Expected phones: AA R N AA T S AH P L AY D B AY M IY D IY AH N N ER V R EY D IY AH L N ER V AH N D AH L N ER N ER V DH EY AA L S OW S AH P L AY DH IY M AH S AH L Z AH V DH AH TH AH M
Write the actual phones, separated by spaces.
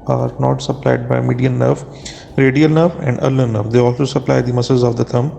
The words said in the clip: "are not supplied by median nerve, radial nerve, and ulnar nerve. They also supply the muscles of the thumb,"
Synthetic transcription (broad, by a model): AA R N AA T S AH P L AY D B AY M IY D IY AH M N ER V R EY D IY AH L N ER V AH N D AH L ER N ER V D EY AA L S OW S AH P L AY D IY M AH S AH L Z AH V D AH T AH M